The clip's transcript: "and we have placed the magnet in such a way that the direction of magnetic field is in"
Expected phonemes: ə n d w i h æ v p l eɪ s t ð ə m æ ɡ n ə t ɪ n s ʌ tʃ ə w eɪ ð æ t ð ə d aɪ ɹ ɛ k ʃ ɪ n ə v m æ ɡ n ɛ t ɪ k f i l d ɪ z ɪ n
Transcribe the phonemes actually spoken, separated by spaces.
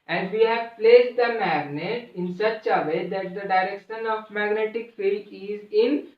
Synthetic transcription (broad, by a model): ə n d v i h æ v p l eɪ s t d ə m æ ɡ n ə t ɪ n s ʌ tʃ ə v eɪ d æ t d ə d aɪ ɹ ɛ k ʃ ɪ n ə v m æ ɡ n ɛ t ɪ k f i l ɪ z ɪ n